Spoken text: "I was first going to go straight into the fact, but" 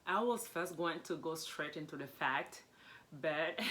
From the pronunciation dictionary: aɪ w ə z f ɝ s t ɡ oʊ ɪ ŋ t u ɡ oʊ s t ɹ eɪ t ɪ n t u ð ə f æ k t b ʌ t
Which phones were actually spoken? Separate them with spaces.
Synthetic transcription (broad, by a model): aɪ w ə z f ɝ s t ɡ oʊ ɪ ŋ t u ɡ oʊ s t ɹ eɪ t ɪ n t u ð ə f æ k t b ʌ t